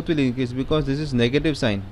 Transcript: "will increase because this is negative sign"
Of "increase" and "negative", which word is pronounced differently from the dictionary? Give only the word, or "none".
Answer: increase